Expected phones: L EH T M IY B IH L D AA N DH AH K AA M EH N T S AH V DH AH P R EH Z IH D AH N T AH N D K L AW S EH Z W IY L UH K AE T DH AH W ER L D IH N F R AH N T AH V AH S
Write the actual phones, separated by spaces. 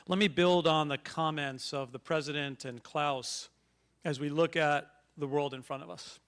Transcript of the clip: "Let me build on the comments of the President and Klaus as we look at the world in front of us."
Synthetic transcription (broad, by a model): L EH T M IY B IH L D N DH AH K AA M EH N T S AH V DH AH P R EH Z IH D AH N T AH N K L AW S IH Z W IY L UH K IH T DH AH W ER L D IH N F R AH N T AH V AH S